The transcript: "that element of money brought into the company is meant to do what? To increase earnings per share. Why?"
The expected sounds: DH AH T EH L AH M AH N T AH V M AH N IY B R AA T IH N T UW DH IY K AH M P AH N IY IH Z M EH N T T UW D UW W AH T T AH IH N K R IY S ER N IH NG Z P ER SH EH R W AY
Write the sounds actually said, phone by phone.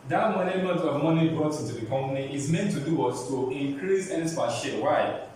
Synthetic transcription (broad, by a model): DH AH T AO N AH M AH T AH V M AH N IY B R AA T IH N T UW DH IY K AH M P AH N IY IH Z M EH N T T UW D UW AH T T AH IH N K R IY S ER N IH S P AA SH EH W AY